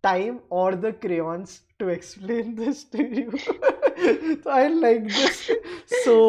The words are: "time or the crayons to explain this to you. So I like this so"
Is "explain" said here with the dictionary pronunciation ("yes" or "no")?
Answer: yes